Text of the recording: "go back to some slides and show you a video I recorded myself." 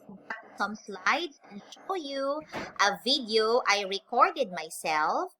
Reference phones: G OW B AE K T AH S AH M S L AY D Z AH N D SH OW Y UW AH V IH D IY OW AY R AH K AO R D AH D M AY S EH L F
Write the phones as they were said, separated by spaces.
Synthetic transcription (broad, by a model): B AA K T S AH M S L AY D S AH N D SH OW Y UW AH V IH D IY OW AY R AH K AO R D AH D M AY S EH L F